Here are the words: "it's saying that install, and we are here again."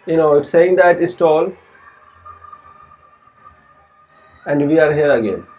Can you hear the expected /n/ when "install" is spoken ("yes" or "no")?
no